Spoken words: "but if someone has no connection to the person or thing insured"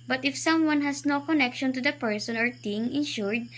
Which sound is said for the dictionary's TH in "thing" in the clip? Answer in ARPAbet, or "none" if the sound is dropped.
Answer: T